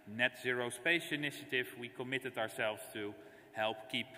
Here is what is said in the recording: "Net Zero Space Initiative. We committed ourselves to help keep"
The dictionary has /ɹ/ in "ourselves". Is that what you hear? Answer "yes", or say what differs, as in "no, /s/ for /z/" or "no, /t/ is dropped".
yes